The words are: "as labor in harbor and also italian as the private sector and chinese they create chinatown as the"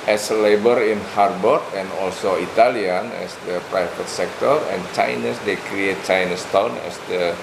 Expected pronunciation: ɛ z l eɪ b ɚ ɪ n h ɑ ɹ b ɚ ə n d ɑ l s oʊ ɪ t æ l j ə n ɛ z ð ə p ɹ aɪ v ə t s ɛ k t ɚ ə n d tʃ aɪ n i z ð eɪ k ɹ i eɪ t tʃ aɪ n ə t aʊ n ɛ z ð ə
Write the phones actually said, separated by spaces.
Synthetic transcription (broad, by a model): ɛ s l eɪ b ɚ ɪ n h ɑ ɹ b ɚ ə n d ɑ l s oʊ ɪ t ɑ l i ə n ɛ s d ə p ɹ aɪ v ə t s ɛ k t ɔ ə n tʃ aɪ n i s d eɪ k ɹ i eɪ t tʃ aɪ n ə t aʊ n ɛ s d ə